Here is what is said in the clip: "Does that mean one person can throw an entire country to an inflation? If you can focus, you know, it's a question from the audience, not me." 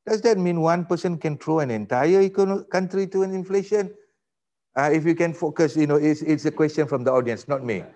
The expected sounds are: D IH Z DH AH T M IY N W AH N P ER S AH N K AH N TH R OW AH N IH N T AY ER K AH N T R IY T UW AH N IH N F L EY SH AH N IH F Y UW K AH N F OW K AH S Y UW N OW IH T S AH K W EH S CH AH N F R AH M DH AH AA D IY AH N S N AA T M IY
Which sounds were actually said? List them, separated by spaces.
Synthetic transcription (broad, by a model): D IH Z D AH T M IY N W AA N P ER S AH N K AH N T R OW AH N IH N T AY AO K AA N T R IY T UW AH N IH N F L EY SH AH N IH F Y UW K AH N F OW K AH S Y UW N OW IH T S AH K W EH S CH AH N F R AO M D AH AA D IY AH N S N AA T M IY